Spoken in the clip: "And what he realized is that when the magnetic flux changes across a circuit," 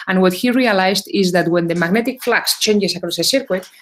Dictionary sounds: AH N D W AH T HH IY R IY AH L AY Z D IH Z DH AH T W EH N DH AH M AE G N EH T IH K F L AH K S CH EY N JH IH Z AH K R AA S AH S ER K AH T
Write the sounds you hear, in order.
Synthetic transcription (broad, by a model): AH N W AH T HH IY R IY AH L AY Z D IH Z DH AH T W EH N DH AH M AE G N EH T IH K F L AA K S CH EY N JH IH S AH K R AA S AH S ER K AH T